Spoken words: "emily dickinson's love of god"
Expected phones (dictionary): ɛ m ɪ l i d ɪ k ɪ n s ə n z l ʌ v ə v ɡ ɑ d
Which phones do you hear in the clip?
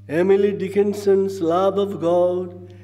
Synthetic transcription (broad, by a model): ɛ m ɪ l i d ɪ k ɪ n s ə n s l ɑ b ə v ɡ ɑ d